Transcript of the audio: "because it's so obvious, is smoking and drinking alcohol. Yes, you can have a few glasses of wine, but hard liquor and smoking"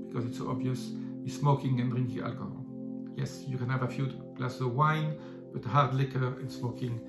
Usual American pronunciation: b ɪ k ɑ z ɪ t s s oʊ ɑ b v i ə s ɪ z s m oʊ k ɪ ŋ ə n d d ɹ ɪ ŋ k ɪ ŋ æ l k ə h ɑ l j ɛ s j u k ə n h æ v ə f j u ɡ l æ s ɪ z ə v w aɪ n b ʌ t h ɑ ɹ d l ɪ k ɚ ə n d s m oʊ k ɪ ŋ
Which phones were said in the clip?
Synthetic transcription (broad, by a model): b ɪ k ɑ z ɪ t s s oʊ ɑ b v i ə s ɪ s m oʊ k ɪ ŋ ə n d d ɹ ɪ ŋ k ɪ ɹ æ l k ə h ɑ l j ɛ s j u k ə n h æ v ə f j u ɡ l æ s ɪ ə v w aɪ n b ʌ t h ɑ ɹ d l ɪ k ɚ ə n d s m oʊ k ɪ ŋ